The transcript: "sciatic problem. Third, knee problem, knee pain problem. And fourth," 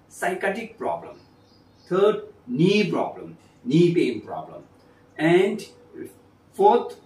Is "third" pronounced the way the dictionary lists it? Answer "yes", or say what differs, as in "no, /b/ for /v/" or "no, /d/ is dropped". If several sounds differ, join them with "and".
no, /t/ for /θ/